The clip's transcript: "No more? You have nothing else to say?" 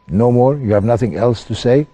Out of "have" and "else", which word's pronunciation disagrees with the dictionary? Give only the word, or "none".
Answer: none